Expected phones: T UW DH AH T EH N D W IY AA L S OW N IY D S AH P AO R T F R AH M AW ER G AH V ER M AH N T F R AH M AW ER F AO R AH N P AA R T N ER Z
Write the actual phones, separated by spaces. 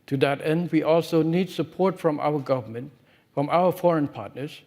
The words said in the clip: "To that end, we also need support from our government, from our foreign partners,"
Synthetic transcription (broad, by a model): T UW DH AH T EH N D W IY AA L S OW N IY D S AH P AO R T F R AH M AW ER G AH V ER M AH N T F R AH M AW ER F AO R AH N P AA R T N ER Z